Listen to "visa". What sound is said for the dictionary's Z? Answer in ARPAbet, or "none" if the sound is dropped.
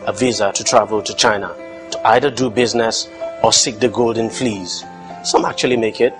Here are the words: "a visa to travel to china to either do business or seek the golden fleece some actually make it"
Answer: Z